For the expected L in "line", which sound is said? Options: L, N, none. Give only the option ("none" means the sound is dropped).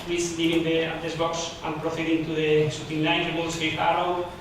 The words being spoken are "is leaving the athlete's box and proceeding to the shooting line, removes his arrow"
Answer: N